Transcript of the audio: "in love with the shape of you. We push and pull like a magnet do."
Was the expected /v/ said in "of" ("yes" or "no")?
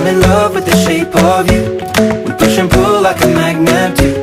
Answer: yes